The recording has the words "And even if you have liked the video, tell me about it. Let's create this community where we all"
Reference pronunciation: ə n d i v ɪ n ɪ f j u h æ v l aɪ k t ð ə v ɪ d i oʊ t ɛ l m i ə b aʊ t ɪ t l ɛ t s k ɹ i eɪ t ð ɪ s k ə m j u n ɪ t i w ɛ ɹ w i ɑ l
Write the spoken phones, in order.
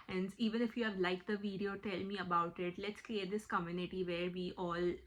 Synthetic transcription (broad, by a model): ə n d i v ɪ n ɪ f j u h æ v l aɪ k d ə v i d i oʊ t ɛ l m i ə b aʊ t ɪ t l ɛ t s k l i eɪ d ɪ s k ə m j u n ɪ t i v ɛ ɹ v i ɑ l